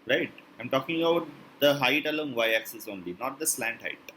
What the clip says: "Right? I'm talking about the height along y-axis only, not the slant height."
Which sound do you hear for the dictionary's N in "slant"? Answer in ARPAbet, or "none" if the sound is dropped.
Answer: N